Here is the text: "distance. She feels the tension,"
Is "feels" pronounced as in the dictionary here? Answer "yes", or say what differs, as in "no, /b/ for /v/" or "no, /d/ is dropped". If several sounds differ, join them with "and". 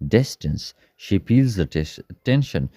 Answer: no, /p/ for /f/